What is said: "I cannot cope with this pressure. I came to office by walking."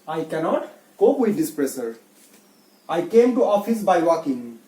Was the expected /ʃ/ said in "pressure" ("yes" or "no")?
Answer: no